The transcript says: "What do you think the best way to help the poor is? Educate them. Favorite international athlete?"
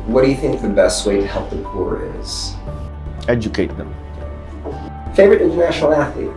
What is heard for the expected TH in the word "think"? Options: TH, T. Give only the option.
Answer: TH